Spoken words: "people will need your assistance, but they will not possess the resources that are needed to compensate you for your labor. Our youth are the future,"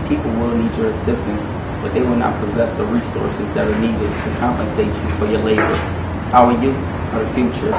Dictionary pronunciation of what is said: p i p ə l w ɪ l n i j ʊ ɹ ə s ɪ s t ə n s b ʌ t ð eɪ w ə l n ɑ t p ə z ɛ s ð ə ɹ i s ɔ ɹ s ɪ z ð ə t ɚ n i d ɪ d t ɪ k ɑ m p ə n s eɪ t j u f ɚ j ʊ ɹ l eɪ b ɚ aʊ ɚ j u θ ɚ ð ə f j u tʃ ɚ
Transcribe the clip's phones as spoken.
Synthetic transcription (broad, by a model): p i p l w ɪ l n i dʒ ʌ ɹ ə s ɪ s t ə n s b ʌ t ð eɪ w ə l n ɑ t p ə z ɛ s ð ə ɹ i s ɔ ɹ s ɪ z ð ə t ɚ n i d ɪ d t ɪ k ɑ m p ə n s eɪ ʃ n f ɚ j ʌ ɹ l eɪ b ɚ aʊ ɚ j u f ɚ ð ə f j u tʃ ɚ